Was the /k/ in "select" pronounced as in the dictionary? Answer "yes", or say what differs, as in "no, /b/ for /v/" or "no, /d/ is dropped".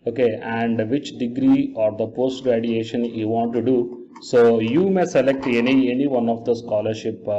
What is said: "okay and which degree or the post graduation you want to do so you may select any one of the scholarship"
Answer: yes